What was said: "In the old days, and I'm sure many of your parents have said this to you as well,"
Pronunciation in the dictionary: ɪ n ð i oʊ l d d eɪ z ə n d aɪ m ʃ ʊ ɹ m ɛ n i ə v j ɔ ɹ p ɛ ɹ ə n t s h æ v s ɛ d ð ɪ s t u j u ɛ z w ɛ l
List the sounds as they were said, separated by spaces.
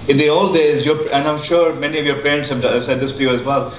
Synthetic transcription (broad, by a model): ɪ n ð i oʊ l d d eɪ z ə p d aɪ m ʃ ʊ ɹ m ɛ n i ə v j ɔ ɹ p ɛ ɹ ə n t s h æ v s ɛ d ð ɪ s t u j u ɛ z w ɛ l